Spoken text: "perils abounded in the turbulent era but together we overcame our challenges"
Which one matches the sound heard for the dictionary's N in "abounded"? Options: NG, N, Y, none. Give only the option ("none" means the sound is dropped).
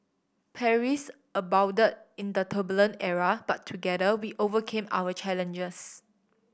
none